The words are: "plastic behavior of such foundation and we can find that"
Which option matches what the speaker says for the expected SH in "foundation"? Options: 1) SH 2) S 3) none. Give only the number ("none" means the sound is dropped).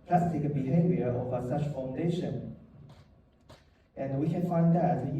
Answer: 1